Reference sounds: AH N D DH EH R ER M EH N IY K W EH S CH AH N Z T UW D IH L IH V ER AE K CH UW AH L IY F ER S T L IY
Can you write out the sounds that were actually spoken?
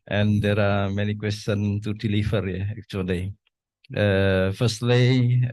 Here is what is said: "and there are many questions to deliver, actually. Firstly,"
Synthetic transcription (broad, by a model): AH N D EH R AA M EH N IY K W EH S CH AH N T UW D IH L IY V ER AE K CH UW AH L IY F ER S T L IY